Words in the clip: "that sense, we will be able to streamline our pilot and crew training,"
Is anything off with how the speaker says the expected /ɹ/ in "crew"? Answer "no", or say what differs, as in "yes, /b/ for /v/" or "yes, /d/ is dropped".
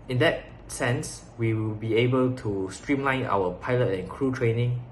no